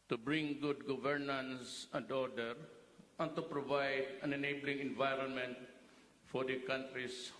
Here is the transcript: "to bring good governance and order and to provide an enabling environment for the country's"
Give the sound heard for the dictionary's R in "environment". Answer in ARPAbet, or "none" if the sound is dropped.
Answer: R